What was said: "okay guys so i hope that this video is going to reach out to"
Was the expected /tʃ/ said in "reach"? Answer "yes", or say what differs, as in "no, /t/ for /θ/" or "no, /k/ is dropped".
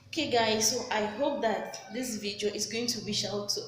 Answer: no, /ʃ/ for /tʃ/